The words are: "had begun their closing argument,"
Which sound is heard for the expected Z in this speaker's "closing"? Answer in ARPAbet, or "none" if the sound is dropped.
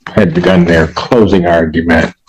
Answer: Z